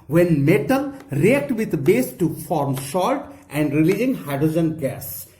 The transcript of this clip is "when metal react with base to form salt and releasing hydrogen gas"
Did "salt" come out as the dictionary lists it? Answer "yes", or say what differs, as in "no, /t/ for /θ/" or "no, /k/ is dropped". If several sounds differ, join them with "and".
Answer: no, /ʃ/ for /s/